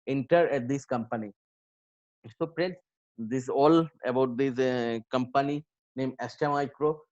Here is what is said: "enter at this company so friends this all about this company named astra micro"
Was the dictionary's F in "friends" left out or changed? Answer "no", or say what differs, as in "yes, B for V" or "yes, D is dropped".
yes, P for F